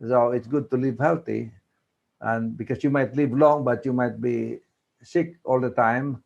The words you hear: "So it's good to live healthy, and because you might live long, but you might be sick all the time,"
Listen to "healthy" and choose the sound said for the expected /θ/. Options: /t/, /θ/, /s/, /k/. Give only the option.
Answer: /t/